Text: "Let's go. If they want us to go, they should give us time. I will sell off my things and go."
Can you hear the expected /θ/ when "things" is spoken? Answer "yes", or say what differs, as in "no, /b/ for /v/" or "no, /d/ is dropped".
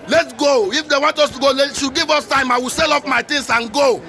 no, /t/ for /θ/